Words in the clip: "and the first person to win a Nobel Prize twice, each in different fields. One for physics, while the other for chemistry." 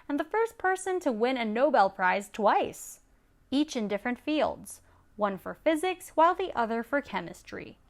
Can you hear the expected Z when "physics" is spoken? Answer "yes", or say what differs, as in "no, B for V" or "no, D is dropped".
yes